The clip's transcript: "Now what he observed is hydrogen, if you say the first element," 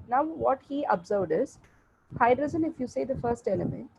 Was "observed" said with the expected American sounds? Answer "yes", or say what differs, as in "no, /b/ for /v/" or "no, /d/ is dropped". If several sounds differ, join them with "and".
yes